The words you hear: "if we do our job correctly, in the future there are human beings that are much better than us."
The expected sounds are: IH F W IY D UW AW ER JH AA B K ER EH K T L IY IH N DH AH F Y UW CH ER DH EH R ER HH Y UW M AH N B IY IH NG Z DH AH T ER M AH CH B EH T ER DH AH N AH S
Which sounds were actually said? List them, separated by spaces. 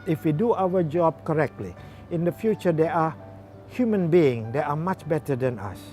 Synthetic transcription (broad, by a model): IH F W IY D UW AW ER JH AA B K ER EH K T L IY IH N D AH F Y UW CH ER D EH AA HH Y UW M AH N B IY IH NG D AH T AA M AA CH B EH T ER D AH N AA S